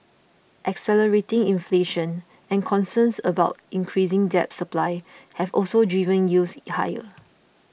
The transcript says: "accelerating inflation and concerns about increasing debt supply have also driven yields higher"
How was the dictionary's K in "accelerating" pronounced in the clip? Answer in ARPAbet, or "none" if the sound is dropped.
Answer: K